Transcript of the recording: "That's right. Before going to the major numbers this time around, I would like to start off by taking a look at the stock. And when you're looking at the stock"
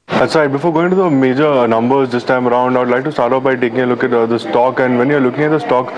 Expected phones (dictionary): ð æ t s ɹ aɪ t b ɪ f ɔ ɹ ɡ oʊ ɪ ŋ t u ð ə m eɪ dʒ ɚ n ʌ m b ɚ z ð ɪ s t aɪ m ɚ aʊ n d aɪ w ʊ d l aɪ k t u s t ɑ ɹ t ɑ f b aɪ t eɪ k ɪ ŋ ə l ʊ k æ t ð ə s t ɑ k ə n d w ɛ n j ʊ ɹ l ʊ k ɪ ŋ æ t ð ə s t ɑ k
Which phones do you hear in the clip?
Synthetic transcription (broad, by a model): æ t s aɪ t b ɪ f ɔ ɹ ɡ oʊ ɪ ŋ t u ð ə m eɪ dʒ ɚ n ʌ m b ɚ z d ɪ s t aɪ m ɚ aʊ n d aɪ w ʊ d l aɪ k t u s t ɑ ɹ t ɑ p b aɪ t eɪ k ɪ ŋ ə l ʊ k æ t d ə s t ɑ k ə n d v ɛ n j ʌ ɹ l ʊ k ɪ ŋ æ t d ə s t ɑ k